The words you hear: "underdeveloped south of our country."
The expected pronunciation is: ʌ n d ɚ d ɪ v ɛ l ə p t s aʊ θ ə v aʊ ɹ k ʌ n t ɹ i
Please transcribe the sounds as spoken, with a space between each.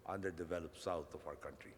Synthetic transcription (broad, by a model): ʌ n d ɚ d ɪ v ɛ l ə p s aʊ t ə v aʊ ɹ k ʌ n t ɹ i